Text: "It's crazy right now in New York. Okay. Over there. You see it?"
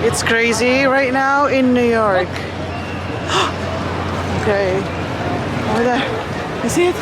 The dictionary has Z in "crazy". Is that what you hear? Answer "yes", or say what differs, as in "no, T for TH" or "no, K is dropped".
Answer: yes